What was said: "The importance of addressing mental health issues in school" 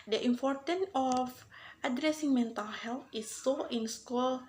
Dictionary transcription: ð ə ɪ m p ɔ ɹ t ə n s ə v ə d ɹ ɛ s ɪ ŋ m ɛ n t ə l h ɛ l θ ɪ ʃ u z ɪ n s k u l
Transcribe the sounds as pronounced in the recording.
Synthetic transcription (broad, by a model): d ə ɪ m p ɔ ɹ t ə n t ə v ə d ɹ ɛ s ɪ ŋ m ɛ n t ə l h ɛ l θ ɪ s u ɪ n s k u l